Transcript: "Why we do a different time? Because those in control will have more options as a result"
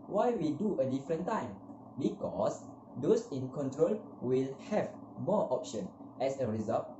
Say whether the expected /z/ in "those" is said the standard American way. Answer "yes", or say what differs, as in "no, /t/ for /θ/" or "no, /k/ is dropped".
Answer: no, /s/ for /z/